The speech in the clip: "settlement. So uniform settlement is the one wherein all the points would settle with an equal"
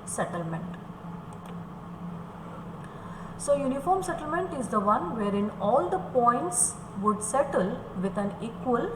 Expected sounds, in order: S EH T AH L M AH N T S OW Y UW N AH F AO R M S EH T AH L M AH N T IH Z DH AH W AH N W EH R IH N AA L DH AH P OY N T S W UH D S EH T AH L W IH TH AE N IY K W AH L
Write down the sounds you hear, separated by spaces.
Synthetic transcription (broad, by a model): S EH T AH L M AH N T S OW Y UW N AH F AO R M S EH T AH L M AH N T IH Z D AH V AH N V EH R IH N AA L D AH P OY N T S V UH D S EH T AH L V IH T AE N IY K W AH L